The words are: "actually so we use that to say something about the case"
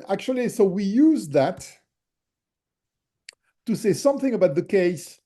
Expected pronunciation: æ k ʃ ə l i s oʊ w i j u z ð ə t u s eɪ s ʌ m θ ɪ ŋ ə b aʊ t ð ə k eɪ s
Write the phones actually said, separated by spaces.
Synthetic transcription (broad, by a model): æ k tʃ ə l i s oʊ w i j u z ð ə t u s eɪ s ʌ m θ ɪ ŋ ə b aʊ t ð ə k eɪ s